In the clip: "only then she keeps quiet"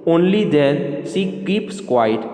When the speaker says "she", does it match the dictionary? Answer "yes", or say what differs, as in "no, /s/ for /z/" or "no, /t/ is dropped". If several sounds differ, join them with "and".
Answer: no, /s/ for /ʃ/